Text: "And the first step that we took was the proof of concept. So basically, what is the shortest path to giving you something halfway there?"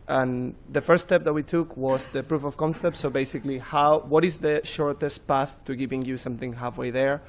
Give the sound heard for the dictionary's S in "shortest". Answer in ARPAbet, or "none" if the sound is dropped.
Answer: S